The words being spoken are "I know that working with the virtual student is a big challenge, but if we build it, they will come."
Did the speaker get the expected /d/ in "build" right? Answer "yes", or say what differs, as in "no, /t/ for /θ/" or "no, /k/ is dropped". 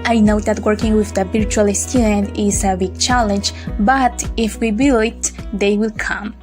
no, /d/ is dropped